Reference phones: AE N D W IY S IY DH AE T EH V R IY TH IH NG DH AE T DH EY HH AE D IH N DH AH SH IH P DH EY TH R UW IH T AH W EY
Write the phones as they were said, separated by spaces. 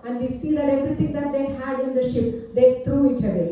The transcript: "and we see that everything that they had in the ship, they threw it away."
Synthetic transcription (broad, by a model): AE N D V IY S IY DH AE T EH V R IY T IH NG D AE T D EY HH AE D IH N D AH SH IH P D EY T R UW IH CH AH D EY